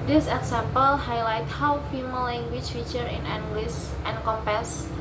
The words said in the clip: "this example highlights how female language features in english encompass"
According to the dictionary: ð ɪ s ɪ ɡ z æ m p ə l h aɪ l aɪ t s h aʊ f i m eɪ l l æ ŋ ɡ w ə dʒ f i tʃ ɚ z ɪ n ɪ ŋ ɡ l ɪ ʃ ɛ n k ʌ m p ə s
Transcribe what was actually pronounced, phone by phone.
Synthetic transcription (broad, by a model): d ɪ s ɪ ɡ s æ m p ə l h aɪ l aɪ t h aʊ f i m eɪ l l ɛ ŋ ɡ w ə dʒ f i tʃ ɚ ɪ n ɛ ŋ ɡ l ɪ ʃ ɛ n k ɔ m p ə s